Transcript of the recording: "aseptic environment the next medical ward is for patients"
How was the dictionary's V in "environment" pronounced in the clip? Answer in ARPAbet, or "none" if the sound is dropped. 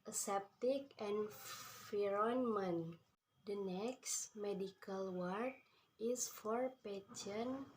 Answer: F